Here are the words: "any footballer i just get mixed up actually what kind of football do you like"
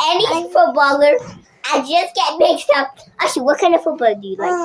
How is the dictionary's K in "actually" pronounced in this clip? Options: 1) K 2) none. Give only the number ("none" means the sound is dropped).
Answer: 2